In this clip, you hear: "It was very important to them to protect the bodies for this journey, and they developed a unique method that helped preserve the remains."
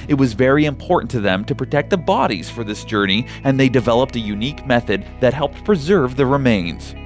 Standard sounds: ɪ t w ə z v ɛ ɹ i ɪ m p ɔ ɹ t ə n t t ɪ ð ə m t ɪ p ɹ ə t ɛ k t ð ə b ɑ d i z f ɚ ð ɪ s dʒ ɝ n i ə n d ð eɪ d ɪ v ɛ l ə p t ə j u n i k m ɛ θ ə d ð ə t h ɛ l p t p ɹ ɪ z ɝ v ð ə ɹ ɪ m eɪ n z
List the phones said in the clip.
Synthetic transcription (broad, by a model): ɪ t w ə z v ɛ ɹ i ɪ m p ɔ ɹ t n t t ɪ ð ə m t ɪ p ɹ ə t ɛ k t ð ə b ɑ d i z f ɚ ð ɪ s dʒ ɝ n i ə n ð eɪ d ɪ v ɛ l ə p t ə j u n i k m ɛ θ ə d ð ə t h ɛ l p t p ɹ ɪ z ɝ v ð ə ɹ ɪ m eɪ n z